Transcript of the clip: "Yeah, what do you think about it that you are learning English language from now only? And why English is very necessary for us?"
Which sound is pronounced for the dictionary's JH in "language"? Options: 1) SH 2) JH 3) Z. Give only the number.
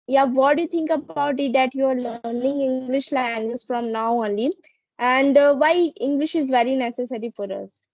3